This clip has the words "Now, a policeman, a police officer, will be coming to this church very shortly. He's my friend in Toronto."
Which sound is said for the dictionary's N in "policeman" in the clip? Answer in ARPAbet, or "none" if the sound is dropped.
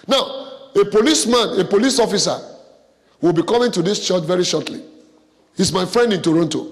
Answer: N